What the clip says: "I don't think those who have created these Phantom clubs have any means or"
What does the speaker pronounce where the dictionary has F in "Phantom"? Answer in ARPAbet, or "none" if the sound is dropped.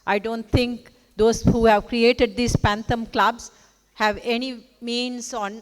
P